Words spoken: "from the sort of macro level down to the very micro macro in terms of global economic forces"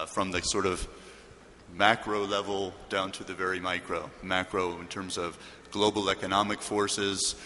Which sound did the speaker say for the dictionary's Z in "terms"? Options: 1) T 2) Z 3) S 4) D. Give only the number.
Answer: 2